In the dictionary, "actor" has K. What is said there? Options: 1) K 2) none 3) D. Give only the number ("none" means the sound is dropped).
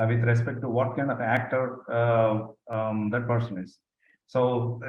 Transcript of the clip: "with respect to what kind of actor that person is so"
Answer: 1